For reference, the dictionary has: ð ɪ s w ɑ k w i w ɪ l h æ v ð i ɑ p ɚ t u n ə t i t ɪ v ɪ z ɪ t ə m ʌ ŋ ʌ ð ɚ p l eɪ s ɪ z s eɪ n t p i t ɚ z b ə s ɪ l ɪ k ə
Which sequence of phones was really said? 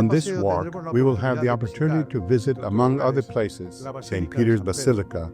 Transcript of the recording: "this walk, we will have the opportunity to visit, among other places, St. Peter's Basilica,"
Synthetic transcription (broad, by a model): ð ɪ s w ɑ k w i w ɪ l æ v ð i ɑ p ɚ t u n ə t i t ɪ v ɪ z ɪ t ə m ʌ ŋ ʌ ð ɚ p l eɪ s ɪ z s eɪ n p i t ɚ z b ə s ɪ l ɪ k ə